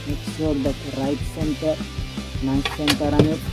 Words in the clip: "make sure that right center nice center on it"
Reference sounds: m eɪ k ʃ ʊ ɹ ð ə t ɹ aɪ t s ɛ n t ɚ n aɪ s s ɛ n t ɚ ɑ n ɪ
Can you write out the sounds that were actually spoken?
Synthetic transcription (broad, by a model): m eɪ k s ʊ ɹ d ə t ɹ aɪ t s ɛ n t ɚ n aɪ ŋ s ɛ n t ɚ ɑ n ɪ